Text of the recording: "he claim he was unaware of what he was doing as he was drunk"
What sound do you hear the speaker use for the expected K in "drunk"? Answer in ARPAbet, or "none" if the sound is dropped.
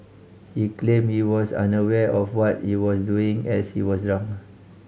none